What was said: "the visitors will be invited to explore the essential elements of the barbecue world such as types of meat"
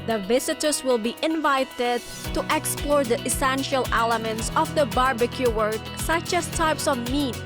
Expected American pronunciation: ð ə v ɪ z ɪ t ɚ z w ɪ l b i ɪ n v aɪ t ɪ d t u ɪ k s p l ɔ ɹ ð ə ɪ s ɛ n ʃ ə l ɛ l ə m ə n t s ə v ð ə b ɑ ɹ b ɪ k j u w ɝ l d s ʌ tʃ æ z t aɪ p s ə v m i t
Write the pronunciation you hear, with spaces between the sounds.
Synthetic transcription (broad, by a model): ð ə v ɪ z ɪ t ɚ s w ɪ l b i ɪ n v aɪ t ɪ d t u ɪ k s p l ɔ ɹ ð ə ɪ s ɛ n ʃ ə l ɛ l ə m ə n t s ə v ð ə b ɑ ɹ b ɪ k j u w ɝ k s ʌ tʃ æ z t aɪ p s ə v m i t